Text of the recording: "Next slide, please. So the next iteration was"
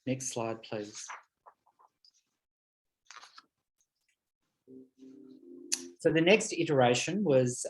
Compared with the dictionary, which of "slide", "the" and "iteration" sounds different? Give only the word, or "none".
none